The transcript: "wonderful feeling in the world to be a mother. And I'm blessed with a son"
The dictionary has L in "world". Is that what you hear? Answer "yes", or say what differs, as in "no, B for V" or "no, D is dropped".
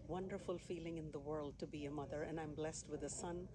yes